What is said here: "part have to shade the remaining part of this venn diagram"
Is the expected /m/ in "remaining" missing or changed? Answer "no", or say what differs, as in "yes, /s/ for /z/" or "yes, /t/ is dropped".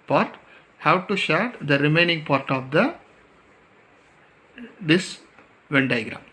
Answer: no